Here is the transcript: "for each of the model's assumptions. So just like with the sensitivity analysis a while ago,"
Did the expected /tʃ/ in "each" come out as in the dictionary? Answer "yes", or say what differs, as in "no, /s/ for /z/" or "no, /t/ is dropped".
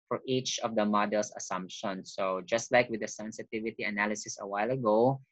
yes